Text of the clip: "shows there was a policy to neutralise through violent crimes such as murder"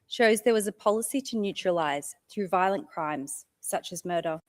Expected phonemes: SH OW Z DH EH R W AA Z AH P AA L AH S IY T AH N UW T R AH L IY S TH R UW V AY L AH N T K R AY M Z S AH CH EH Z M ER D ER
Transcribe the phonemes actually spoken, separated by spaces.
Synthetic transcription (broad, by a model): SH OW Z DH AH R W AA Z AH P AA L AH S IY T AH N UW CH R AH L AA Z TH R UW V AY L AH N K R AY M Z S AH CH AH Z M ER D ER